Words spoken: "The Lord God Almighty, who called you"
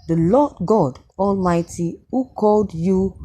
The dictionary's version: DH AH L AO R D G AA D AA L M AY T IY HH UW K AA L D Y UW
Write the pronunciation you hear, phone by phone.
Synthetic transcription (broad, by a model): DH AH L AO D G AA D AA L M AY T IY HH UW K AA L D Y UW